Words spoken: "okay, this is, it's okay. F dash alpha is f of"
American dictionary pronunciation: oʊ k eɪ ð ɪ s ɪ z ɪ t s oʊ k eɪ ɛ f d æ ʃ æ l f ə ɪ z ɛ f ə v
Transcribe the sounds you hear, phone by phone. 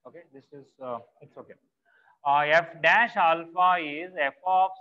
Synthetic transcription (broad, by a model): oʊ k eɪ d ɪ s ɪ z ɪ t s oʊ k eɪ ɛ f d æ ʃ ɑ l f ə ɪ z ɛ f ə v